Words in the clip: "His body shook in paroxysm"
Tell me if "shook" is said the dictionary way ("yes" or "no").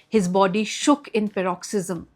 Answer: yes